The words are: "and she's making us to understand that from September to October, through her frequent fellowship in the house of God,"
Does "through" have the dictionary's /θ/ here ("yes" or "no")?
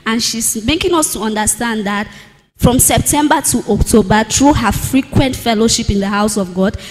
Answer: no